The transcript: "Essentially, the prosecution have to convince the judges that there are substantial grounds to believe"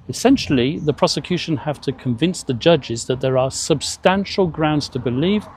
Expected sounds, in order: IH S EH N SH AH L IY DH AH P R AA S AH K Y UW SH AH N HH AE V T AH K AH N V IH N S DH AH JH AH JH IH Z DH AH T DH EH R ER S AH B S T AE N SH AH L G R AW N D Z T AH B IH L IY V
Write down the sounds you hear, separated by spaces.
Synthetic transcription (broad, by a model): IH S EH N SH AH L IY DH AH P R AA S AH K Y UW SH AH N HH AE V T AH K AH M V IH N S DH AH JH AH JH IH Z DH AH T DH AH R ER S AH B S T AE N SH AH L G R AW N D Z T AH B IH L IY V